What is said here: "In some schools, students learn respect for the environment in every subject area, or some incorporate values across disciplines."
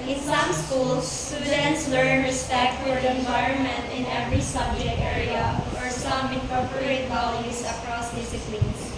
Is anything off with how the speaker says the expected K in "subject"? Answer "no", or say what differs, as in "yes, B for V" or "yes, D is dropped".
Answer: yes, K is dropped